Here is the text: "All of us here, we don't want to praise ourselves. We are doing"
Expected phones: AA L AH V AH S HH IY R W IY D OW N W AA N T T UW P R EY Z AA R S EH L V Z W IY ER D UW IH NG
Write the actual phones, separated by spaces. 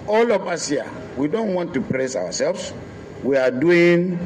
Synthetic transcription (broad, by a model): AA L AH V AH S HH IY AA W IY D OW N W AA N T T UW P R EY S AA W S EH L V S W IY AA D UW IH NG